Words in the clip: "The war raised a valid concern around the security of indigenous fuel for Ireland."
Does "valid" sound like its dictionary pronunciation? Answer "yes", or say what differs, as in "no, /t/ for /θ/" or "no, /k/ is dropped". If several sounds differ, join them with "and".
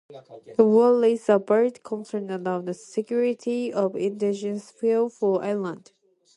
no, /b/ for /v/